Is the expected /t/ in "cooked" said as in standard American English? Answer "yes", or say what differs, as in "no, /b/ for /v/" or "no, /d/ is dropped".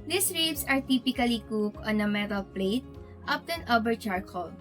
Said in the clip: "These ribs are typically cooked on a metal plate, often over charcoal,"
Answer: no, /t/ is dropped